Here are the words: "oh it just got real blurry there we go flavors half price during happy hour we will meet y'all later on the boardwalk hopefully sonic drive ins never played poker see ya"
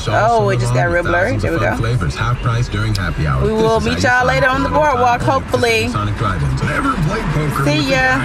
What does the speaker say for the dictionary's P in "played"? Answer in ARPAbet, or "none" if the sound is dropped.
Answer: B